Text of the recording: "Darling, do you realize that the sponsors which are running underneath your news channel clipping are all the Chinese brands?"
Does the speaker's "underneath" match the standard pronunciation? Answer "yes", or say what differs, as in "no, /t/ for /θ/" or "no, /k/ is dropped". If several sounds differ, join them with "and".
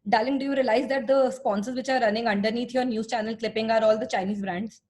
no, /t/ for /θ/